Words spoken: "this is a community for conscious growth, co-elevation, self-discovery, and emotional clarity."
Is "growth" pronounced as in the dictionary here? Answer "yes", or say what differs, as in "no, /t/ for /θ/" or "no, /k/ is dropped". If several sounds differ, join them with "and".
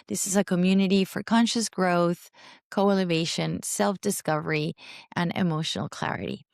yes